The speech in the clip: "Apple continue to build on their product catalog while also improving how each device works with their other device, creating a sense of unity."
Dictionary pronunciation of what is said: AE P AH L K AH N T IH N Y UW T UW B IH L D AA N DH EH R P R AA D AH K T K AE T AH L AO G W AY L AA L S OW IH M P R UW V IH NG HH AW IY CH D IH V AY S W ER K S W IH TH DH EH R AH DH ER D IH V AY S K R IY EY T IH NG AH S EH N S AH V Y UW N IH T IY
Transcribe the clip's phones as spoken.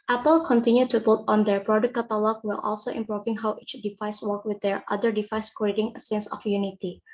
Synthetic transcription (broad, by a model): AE P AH L K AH N T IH N Y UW T UW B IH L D AA N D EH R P R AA D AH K K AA T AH L AO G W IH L AA L S OW IH M P R UW V IH NG HH AW IY CH D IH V AY S W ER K W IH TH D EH R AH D ER D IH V AY S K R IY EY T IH NG AH S EH N S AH F Y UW N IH T IY